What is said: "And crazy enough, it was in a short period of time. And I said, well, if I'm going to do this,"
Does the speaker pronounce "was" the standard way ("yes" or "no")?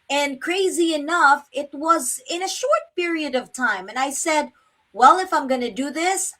yes